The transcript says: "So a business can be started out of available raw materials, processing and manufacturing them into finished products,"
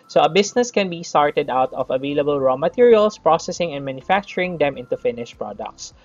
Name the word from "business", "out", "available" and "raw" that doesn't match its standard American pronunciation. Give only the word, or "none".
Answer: business